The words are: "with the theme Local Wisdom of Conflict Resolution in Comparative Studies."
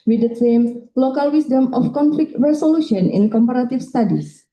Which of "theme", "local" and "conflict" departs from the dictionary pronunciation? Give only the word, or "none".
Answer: theme